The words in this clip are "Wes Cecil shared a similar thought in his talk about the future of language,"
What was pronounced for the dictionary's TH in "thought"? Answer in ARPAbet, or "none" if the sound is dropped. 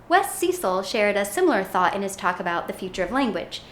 TH